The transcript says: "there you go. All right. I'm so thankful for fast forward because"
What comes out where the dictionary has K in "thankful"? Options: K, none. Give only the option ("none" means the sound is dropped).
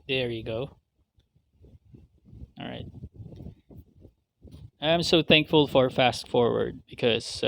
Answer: K